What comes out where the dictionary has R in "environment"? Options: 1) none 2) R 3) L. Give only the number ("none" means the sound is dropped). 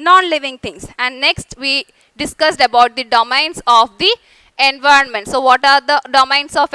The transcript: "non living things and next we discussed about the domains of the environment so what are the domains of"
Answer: 2